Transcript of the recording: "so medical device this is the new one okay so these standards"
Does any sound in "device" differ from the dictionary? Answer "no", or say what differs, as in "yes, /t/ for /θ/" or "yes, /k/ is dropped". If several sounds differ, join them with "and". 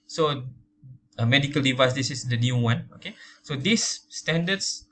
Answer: no